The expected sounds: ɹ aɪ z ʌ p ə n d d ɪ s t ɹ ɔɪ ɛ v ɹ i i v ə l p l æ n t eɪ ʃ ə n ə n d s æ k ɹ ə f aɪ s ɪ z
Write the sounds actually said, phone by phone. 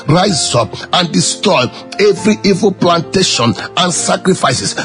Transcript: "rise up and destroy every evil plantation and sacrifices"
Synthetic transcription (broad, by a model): ɹ aɪ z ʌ p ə n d d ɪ s t ɔɪ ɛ v ɹ i i v ə l p l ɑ n t eɪ ʃ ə n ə n s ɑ k ɹ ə f aɪ s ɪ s